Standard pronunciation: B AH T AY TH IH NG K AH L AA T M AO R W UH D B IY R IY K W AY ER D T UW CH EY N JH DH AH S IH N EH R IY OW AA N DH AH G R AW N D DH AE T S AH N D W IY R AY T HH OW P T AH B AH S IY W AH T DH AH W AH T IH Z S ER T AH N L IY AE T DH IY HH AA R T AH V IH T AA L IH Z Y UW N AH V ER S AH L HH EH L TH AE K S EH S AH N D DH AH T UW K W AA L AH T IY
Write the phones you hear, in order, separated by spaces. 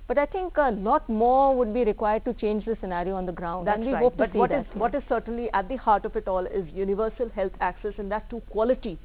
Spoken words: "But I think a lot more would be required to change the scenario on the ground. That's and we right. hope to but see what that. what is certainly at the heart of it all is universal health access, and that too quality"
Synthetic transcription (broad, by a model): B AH T AY T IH NG K AH L AA T M AO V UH D B IY R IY K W AY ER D T UW CH EY N JH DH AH S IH N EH R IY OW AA N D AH G R AW N D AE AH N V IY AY HH OW P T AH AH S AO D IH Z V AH T IH Z S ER T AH N L IY AE T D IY HH AA R T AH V IH T AA L IH Z Y UW N AH V ER S AH L HH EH L T AE K S EH S AH N D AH T UW K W AA L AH T IY